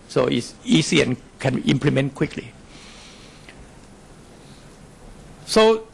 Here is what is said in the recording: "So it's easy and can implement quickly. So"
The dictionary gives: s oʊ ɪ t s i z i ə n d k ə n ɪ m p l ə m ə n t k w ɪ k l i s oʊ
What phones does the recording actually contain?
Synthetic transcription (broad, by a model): s oʊ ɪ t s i s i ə n k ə n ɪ m p l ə m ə n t k w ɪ k l i s oʊ